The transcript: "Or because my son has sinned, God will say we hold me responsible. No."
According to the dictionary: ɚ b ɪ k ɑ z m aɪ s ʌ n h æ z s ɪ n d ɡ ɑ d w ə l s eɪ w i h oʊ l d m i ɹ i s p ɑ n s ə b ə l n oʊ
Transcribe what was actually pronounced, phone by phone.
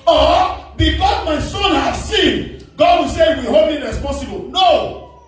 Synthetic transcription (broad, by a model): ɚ b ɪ k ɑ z m aɪ s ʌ n h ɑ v s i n ɡ ɑ d w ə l s eɪ w i h oʊ d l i ɹ i s p ɑ n s ə b ə l n oʊ